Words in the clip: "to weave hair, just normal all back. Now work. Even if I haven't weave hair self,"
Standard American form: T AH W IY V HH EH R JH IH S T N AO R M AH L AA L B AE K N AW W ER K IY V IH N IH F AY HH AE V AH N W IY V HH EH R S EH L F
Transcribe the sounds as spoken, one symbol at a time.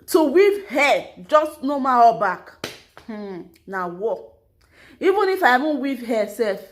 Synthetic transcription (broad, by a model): T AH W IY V HH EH JH IH S T N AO M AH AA B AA K N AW W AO IY V IH N IH F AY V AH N W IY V HH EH S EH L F